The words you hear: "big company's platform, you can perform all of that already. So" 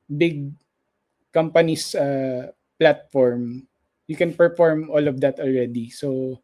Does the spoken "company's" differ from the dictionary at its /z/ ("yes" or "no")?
yes